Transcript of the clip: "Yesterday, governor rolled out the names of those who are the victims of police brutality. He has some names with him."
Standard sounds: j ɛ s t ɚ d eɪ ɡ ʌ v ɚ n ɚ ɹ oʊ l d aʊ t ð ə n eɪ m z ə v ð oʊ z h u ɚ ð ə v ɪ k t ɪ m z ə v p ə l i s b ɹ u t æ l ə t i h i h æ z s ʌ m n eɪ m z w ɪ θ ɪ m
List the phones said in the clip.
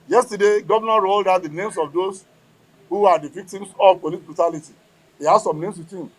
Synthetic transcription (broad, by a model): j ɛ s t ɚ d eɪ ɡ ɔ v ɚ n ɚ ɹ oʊ l d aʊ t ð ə n eɪ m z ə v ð oʊ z h u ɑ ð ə v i k t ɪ m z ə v p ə l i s b ɹ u t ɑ l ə t i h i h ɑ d s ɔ m n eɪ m s w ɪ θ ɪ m